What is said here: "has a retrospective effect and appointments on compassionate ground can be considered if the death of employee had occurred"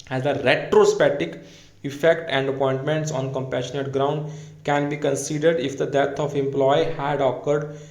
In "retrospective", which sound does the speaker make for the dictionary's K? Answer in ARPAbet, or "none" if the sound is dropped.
none